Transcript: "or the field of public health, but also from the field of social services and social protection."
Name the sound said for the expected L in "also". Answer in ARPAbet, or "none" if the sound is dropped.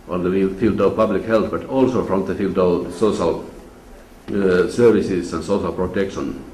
L